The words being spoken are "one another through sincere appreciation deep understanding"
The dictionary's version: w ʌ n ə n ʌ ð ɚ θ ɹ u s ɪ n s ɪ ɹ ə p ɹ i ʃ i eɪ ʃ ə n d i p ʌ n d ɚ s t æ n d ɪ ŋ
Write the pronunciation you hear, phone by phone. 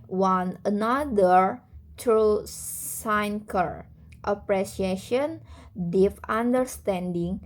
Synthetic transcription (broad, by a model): w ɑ n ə n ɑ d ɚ t ɹ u s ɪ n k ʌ ɹ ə p ɹ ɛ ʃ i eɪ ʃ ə n d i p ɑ n d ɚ s t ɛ n d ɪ ŋ